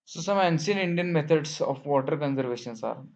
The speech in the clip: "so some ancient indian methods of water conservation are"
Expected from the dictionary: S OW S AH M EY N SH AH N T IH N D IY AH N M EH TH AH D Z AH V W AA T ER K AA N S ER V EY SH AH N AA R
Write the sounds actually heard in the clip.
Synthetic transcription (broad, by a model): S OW S AH M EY N S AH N IH N D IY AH N M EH T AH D S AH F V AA T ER K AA N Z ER V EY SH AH N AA R